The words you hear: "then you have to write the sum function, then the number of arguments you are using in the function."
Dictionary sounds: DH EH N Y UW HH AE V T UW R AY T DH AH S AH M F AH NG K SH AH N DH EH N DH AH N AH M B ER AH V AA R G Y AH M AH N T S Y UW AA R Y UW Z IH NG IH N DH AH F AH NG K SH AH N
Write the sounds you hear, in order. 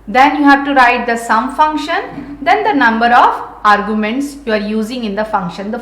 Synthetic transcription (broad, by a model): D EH N Y UW HH AE V T UW R AY T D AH S AH M F AH NG K SH AH N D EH N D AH N AH M B ER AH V AA R G Y AH M AH N T S Y UW AA R Y UW Z IH NG IH N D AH F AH NG K SH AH N